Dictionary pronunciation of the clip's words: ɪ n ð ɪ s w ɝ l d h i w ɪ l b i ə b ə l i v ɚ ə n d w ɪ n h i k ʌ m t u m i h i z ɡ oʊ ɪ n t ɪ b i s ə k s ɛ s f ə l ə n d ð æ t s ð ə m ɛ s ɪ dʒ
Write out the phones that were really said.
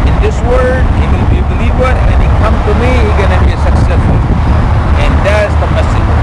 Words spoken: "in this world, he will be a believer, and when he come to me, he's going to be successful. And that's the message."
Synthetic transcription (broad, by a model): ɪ n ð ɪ s w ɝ d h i w ɪ l b i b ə l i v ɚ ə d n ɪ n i k ʌ m t u m i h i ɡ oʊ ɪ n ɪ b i s ə k s ɛ s f ə l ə n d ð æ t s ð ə m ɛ s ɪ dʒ